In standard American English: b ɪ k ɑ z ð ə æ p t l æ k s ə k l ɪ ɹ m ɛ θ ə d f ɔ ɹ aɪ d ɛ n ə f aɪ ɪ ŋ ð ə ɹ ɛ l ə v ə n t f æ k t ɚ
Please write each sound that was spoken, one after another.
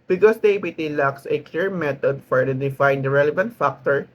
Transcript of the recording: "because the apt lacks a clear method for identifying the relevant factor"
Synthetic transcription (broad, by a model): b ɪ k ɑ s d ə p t l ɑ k s ə k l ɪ ɹ m ɛ t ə d f ɔ ɹ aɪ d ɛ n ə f aɪ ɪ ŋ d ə ɹ ɛ l ə v ə n t f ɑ k t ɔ